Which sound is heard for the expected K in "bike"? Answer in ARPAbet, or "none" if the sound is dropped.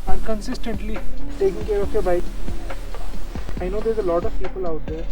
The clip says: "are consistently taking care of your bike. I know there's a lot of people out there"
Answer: none